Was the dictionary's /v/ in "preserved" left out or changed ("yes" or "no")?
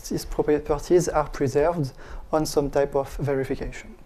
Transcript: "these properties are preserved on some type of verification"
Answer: no